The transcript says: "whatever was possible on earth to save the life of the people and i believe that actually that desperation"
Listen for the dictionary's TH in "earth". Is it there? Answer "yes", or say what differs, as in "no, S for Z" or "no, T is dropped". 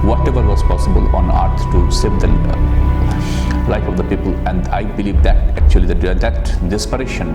no, S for TH